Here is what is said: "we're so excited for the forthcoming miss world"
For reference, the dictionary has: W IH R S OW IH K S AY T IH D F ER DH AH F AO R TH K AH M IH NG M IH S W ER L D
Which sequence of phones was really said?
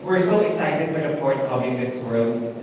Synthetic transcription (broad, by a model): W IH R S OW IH S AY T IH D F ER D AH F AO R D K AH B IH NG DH IH S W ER L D